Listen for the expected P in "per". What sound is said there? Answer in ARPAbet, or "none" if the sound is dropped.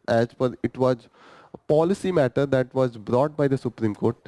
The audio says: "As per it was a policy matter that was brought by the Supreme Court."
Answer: F